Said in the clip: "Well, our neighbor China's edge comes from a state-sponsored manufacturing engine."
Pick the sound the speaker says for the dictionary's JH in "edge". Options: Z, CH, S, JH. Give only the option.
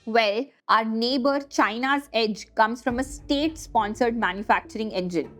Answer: JH